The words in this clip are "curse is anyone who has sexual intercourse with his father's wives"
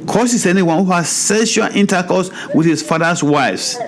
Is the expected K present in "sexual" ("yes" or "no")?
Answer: no